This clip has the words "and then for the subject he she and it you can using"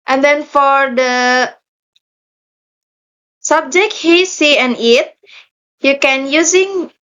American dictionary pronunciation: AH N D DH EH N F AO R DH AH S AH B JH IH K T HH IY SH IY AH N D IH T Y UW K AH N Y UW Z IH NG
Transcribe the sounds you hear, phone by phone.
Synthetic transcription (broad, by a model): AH N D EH N F AO R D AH S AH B JH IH K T HH IY S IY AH N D IH T Y UW K AH N Y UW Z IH NG